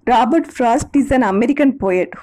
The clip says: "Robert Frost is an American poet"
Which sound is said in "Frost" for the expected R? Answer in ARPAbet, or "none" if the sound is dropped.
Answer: R